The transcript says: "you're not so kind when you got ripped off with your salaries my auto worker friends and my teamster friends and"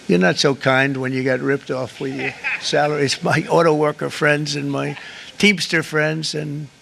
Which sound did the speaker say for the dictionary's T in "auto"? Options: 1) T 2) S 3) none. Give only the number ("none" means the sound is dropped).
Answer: 1